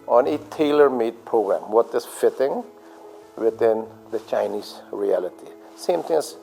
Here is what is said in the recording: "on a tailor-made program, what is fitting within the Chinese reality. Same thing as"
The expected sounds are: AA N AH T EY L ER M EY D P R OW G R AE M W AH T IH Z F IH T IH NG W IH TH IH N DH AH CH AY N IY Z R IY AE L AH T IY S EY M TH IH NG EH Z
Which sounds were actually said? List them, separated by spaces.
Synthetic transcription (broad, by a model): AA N AH T EY L ER M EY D P R OW G R AE M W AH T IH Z F IH T IH NG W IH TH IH N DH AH CH AY N IY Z R IY AE L AH T IY S EY M T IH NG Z